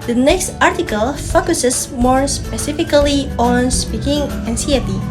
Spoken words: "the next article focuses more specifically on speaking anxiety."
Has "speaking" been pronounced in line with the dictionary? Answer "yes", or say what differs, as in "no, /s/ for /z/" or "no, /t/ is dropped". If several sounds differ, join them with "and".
yes